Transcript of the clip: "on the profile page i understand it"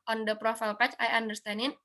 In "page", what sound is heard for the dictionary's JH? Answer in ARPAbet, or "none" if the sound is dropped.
CH